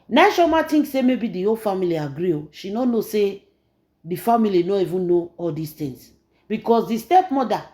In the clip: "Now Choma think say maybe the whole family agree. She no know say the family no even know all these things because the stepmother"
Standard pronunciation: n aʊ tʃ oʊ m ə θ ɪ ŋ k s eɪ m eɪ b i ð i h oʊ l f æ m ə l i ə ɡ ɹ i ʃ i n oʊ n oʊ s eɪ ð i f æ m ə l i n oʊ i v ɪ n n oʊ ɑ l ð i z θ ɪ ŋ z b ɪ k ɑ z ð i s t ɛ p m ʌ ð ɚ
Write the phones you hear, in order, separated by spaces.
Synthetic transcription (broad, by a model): n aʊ ʃ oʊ m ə t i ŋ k s eɪ m eɪ b i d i oʊ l f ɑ m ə l i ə ɡ ɹ i ʃ i n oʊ n oʊ s eɪ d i f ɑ m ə l i n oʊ i v ɪ n n oʊ ɑ l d i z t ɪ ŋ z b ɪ k ɑ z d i s t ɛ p m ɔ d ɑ